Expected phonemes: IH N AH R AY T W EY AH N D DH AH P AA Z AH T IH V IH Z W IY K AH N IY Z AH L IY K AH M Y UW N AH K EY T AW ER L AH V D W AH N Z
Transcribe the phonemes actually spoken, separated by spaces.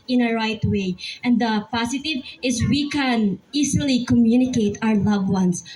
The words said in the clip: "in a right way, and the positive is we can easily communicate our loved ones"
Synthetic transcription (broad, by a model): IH N AH R AY T W EY AH N D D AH P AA S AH T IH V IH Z W IY K AH N IY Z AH L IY K AH M Y UW N AH K EY T AW ER L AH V W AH N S